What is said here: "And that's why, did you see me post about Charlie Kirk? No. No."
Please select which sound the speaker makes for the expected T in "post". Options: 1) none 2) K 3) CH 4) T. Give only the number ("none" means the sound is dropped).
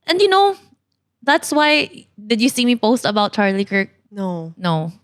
4